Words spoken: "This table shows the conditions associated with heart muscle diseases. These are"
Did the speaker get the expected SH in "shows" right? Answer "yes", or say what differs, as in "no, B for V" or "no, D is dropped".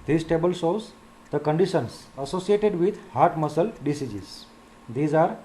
no, S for SH